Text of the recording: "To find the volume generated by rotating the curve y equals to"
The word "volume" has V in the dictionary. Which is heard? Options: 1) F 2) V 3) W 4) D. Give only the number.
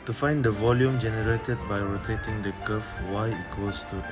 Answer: 2